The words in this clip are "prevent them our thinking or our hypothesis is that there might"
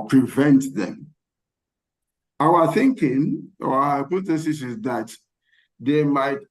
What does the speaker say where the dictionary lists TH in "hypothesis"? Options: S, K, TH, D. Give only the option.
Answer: S